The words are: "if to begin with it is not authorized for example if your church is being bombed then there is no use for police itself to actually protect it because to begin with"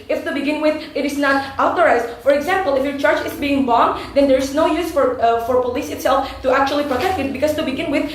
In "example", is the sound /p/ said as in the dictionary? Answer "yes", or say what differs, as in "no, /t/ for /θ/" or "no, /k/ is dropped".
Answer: yes